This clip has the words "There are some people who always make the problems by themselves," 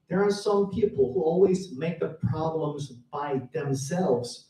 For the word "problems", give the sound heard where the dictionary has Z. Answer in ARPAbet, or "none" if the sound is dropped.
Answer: Z